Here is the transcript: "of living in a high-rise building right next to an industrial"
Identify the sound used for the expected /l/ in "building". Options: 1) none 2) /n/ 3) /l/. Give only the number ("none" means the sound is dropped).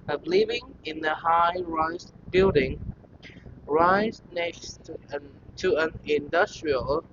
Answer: 3